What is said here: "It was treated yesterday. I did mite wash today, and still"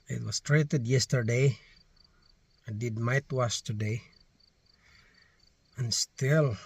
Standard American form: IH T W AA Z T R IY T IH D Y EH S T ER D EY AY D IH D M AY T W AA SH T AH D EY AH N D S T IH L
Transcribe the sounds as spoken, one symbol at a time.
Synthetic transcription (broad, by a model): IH T W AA S T R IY T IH D Y EH S T ER D EY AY D IH D M AY T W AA S T AH D EY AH N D S T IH L